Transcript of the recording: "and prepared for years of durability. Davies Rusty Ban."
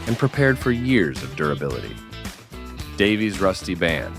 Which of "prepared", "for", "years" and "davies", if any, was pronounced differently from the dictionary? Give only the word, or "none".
none